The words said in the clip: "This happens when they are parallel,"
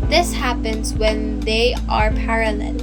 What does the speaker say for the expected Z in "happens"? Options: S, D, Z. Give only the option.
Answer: Z